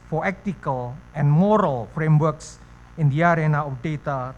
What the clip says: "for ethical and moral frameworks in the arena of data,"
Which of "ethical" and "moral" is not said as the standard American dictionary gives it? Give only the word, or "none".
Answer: ethical